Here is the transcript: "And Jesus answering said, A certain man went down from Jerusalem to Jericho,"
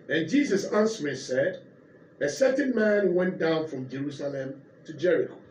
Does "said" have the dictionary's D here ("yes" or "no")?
yes